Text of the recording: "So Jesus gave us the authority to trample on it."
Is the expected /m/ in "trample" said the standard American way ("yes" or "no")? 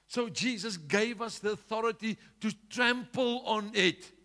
yes